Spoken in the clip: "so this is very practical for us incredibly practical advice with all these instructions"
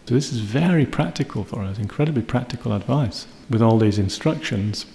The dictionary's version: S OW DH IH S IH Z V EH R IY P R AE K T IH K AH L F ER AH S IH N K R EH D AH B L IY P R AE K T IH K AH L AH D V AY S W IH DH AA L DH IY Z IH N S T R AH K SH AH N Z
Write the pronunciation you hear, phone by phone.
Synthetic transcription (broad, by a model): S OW DH IH S IH Z V EH R IY P R AE K T IH K AH L F ER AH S IH N K R EH D AH B L IY P R AE K T IH K AH L AH D V AY S W IH DH AA L DH IY Z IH N S T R AH K SH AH N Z